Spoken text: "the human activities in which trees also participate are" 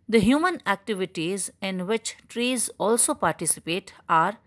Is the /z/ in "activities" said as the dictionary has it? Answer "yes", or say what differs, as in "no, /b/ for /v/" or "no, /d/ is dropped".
yes